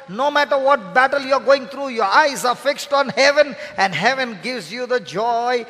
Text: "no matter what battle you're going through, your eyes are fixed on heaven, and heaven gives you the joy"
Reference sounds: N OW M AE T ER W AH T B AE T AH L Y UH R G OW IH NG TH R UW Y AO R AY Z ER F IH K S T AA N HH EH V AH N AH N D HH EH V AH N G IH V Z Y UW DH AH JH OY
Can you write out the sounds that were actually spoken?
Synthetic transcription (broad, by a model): N OW M AE T ER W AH T B AE T AH L Y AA R G OW IH NG T R UW Y AO R AY Z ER F IH K S T AA N HH EH V AH N AH N D HH EH V AH N G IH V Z Y UW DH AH JH OY